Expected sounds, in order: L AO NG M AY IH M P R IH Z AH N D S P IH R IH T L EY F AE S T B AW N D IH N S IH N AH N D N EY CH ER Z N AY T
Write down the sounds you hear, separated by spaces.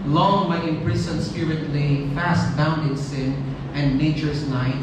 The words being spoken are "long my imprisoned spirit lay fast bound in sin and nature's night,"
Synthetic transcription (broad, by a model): L AO NG M AY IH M P R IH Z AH N S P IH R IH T L EY F AE S T B AW N D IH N S IH N AH N D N EY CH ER S N AY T